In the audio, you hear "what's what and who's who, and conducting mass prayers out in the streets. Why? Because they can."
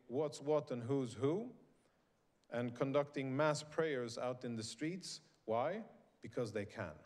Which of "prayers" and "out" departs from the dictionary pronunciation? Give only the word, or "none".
none